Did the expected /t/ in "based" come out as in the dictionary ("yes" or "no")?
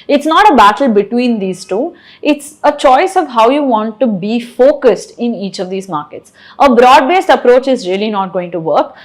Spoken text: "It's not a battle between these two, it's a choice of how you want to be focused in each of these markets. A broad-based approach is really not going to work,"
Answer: yes